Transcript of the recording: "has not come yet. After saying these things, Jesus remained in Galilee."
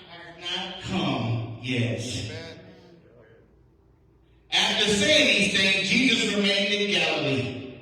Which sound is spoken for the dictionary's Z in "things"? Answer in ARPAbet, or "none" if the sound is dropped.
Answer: none